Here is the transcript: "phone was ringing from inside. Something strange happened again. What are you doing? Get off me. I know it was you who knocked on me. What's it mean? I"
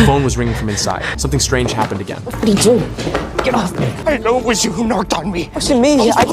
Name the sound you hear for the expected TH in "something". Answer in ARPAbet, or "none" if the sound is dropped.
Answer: TH